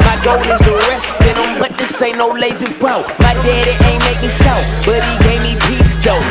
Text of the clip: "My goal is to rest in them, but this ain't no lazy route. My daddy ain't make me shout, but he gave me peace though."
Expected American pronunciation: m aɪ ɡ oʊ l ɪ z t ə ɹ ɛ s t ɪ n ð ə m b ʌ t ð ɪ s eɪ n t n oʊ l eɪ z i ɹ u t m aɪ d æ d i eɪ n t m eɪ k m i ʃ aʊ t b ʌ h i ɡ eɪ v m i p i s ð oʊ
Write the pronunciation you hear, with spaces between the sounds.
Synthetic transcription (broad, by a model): m aɪ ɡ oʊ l ɪ z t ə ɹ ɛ s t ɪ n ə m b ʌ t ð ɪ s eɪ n n oʊ l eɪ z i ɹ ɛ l m aɪ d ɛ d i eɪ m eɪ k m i s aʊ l b ʌ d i ɡ eɪ v m i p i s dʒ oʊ